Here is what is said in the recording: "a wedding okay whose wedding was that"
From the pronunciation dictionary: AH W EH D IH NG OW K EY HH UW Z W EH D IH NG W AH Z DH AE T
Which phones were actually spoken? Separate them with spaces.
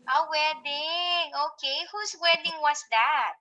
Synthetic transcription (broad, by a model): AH W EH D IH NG OW K EY HH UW S W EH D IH NG W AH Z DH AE T